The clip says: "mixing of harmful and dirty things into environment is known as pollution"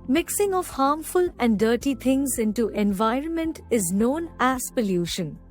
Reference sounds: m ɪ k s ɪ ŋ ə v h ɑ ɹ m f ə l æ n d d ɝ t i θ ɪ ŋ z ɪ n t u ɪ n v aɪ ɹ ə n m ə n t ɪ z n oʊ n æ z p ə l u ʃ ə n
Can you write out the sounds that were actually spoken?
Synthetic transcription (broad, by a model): m ɪ k s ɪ ŋ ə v h ɑ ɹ m f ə l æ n d d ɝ t i t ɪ ŋ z ɪ n t u ɪ n v aɪ ɹ ə n m ə n t ɪ z n oʊ n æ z p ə l u ʃ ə n